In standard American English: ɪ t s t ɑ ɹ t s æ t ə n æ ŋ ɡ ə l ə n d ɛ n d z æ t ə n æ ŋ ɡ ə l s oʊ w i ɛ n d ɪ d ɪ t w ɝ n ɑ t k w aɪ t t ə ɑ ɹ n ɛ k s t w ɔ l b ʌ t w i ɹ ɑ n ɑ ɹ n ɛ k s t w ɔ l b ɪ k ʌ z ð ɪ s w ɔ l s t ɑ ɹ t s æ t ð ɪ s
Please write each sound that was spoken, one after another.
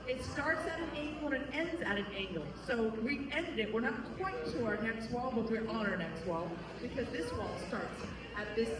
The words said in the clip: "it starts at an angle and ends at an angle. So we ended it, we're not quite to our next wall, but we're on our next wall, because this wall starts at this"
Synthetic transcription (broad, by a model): ɪ t s t ɑ ɹ t s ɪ t ə n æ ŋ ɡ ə l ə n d ɛ n d z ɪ t ə n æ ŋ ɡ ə l s oʊ w i ɛ n d ɪ d ɪ t w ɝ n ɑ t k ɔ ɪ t t ə ɑ ɹ n ɛ k s t w ɔ l b ʌ t w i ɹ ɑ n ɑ ɹ n ɛ k s t w ɔ l b ɪ k ʌ z ð ɪ s w ɔ l s t ɑ ɹ t s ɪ t ð ɪ s